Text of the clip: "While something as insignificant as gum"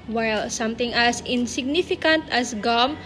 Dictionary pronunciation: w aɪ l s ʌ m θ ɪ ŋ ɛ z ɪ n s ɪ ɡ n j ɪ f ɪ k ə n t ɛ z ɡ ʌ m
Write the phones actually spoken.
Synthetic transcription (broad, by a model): w aɪ l s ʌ m t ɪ ŋ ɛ s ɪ n s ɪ ɡ n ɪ f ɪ k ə n t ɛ s ɡ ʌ m